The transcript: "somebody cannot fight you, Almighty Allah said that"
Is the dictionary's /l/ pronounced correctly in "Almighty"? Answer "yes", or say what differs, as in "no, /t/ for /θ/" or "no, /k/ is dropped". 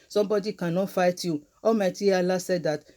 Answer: no, /l/ is dropped